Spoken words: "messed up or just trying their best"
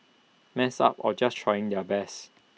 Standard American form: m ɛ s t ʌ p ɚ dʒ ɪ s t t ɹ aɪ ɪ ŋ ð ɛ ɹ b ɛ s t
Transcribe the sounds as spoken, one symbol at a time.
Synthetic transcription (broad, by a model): m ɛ s ɑ p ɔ dʒ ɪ s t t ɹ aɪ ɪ ŋ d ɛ b ɛ s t